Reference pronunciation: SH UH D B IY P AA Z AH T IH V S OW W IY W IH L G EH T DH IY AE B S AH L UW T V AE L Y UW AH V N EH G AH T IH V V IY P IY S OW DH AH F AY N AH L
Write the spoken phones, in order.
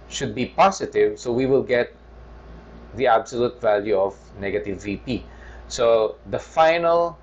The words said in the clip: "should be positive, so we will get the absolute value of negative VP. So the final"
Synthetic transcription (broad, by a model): SH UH D B IY P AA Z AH T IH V S OW W IY W IH L G EH T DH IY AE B S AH L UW T V AE L Y UW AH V N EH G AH T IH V V IY P IY S OW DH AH F AY N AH L